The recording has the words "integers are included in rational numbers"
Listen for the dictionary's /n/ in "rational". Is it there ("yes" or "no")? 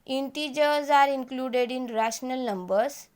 yes